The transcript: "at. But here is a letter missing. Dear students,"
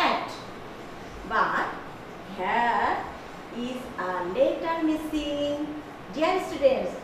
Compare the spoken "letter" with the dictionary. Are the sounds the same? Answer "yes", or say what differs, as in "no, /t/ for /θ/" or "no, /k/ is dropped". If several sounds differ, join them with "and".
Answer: yes